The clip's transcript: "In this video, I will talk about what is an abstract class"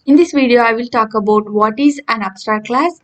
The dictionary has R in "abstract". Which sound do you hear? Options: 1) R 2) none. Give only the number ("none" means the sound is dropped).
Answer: 2